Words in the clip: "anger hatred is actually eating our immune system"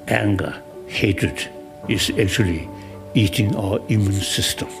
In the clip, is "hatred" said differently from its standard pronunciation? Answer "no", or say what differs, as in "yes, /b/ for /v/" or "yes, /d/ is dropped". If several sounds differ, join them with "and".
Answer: yes, /ɹ/ is dropped